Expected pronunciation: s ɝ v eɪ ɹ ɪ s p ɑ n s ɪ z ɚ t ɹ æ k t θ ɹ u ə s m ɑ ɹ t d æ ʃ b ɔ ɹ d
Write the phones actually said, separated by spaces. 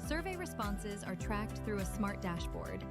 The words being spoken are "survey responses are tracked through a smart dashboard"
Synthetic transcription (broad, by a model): s ɝ v eɪ ɹ ɪ s p ɑ n s ɪ z ɚ t ɹ æ k t θ ɹ u ə s m ɑ ɹ t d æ ʃ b ɔ ɹ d